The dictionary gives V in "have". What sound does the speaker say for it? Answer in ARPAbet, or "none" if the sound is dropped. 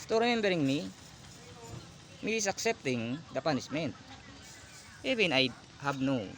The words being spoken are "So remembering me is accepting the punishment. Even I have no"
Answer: B